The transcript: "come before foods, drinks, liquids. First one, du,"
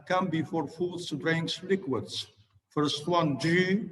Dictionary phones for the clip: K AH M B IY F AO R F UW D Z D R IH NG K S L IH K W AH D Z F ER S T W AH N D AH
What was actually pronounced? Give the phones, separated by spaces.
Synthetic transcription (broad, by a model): K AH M B IY F AO R F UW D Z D R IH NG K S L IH K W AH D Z F ER S T W AH N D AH